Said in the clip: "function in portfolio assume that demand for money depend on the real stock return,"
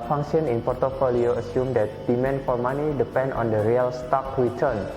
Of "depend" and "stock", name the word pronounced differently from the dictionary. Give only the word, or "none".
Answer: none